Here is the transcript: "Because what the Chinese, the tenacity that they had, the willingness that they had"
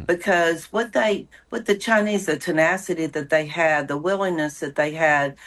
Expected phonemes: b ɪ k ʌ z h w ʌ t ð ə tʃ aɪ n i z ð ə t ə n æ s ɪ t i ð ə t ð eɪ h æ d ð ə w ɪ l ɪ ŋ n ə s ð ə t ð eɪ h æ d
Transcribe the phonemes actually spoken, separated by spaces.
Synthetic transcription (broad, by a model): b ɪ k ʌ z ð w ʌ t ð ə tʃ aɪ n i z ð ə t ə n æ s ɪ t i ð ə t ð eɪ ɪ d ð ə w ɪ l ɪ ŋ n ə s ð ə t ð eɪ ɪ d